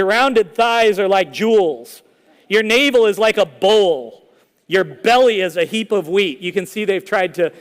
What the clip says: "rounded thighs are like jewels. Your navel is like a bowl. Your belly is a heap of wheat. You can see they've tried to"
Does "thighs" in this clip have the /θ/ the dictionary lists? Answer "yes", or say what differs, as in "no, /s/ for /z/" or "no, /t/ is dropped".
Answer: yes